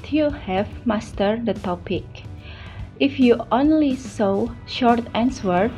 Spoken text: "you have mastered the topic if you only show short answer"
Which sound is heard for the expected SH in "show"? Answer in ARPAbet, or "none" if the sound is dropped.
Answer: S